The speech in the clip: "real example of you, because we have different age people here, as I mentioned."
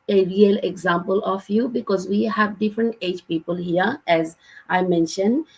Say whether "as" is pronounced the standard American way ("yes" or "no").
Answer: yes